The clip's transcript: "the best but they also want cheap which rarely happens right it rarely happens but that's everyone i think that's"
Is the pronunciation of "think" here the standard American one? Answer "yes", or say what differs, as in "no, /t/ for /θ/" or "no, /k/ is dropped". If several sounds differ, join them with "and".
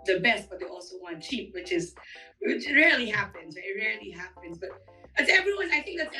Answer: yes